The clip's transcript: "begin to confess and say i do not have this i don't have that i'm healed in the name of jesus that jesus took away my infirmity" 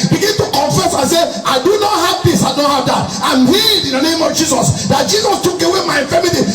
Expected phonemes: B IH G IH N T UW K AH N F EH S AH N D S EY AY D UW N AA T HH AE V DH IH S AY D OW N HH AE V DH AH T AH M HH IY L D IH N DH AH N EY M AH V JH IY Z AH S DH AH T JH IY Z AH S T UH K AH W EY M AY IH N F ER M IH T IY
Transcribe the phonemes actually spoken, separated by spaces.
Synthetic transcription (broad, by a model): B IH G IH N T UW K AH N F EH S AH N S EY AY D UW N AA T HH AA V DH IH S AY D OW N HH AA V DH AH T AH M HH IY D IH N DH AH N EY M AH V JH IY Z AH S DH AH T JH IY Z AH S T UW K AH W EY M AY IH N F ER M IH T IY